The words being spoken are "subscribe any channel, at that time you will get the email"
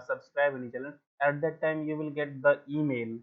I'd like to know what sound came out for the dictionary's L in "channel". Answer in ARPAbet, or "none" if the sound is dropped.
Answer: N